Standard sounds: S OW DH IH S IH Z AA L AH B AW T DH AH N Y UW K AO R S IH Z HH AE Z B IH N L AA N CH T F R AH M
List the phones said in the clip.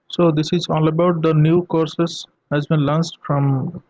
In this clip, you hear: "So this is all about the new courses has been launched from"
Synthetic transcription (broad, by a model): S OW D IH S IH Z AA L AH B AW T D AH N Y UW K AO R S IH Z HH AE Z B IH N L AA N S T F R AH M